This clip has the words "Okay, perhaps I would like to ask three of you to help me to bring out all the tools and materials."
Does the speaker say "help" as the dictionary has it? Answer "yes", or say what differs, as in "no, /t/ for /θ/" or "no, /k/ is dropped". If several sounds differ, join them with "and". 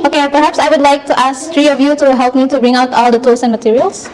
yes